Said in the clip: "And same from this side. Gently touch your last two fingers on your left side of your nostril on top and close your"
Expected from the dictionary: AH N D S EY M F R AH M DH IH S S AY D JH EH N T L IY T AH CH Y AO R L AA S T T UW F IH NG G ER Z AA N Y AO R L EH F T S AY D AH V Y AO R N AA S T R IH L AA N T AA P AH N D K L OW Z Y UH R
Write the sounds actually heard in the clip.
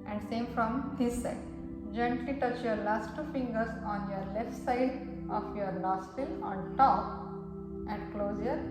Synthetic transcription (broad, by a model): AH N D S EY M F R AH M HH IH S S AY D JH EH N T L IY T AH CH Y AO R L AA S T T UW F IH NG G ER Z AA N Y AO R L EH F T S AY D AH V Y AO R L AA S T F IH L AA N T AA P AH N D K L OW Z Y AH R